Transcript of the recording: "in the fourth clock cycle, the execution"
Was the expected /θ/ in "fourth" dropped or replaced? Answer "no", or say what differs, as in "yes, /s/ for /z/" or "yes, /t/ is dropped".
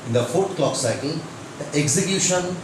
yes, /t/ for /θ/